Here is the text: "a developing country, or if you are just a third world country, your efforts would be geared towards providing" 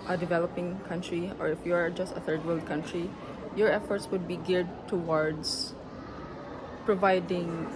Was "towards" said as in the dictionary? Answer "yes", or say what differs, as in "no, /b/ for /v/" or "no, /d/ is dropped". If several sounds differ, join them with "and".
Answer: no, /s/ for /z/